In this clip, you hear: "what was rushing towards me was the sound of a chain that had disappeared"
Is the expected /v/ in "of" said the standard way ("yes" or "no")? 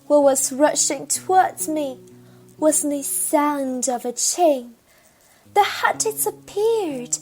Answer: yes